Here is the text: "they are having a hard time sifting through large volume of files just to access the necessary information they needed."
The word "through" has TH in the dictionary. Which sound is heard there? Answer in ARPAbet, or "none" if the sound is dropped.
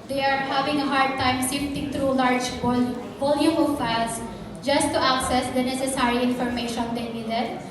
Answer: T